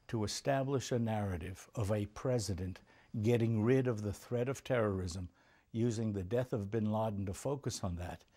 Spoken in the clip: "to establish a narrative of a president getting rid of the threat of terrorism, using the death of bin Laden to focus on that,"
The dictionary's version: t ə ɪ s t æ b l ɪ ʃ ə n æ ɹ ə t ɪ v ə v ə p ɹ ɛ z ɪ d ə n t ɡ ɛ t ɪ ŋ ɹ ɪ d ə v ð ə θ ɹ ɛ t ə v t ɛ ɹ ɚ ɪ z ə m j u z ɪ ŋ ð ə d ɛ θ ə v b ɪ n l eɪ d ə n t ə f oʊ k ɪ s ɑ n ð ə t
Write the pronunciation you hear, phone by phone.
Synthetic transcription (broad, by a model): t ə ɪ s t æ b l ɪ ʃ ə n æ ɹ ə t ɪ v ə v ə p ɹ ɛ z ɪ d ə n t ɡ ɛ t ɪ ŋ ɹ ɪ d ə v ð ə θ ɹ ɛ t ə v t ɛ ɹ ɚ ɪ z ə m j u z ɪ ŋ ð ə d ɛ θ ə v b ɪ n l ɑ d n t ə f oʊ k ɪ s n ð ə t